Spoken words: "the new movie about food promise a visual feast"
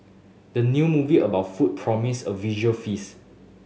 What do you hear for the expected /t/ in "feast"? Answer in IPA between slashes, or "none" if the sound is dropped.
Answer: none